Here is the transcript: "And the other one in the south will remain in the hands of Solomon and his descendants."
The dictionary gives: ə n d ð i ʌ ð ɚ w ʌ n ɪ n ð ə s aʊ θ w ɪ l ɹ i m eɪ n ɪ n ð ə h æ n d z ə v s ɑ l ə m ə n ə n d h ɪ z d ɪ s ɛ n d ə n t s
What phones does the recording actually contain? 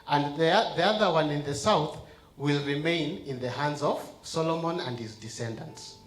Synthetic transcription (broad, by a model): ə n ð ð i ʌ ð ɚ w ʌ n ɪ n ð ə s aʊ θ w ɪ l ɹ i m eɪ n ɪ n ð ə h æ n d z ə v s ɑ l ə m ə n ə n d h ɪ z d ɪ s ɛ n d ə n t s